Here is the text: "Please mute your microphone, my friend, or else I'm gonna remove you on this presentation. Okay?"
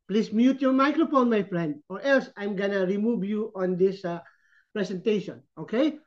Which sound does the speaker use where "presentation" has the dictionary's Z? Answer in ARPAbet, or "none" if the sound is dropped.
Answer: S